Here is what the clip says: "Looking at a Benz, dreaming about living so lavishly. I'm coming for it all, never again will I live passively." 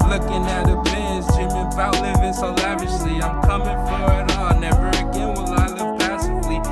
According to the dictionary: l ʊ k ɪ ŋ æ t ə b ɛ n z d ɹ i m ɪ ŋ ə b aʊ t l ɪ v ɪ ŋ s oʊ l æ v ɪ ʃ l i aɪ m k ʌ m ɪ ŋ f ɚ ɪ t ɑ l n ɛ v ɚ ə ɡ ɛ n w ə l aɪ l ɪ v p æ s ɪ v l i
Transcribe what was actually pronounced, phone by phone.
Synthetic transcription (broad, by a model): l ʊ k ɪ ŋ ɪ t ə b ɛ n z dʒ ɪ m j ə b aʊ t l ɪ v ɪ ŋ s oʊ l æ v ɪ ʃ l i aɪ m k ʌ m ɪ ŋ f ɚ ɪ t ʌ n n ɛ v ɚ ə ɡ ɛ n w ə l aɪ l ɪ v p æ s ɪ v l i